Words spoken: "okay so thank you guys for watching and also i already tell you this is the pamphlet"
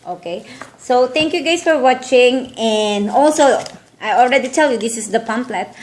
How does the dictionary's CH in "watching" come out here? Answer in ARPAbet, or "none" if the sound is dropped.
CH